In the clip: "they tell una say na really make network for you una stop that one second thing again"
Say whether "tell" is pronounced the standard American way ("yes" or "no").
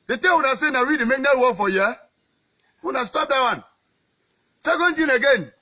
no